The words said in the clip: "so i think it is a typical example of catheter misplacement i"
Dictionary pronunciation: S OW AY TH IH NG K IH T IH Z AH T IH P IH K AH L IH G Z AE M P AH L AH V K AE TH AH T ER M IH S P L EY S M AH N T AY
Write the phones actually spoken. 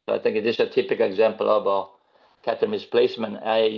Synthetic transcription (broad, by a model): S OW AY TH IH NG K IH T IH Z AH T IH P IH K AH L IH G Z AE M P AH L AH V K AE T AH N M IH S P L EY S M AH N AY